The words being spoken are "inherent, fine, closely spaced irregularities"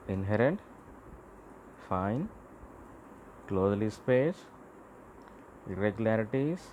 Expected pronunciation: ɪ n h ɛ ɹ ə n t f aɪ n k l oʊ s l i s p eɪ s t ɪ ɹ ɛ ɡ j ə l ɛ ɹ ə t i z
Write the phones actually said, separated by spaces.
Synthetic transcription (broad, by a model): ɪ n h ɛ ɹ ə n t f aɪ n k l oʊ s l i s p eɪ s ɪ ɹ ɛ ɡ j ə l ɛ ɹ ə t i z